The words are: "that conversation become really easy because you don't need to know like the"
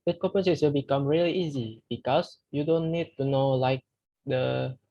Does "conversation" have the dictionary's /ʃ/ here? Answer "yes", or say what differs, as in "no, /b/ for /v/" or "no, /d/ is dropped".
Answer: no, /s/ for /ʃ/